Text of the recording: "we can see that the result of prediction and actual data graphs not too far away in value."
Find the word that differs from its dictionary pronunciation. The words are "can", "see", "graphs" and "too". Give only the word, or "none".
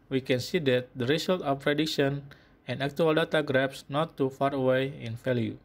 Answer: graphs